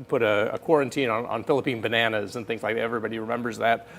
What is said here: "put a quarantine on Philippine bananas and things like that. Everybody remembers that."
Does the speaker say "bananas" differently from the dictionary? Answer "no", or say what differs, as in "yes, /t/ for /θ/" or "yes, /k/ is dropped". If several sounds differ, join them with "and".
no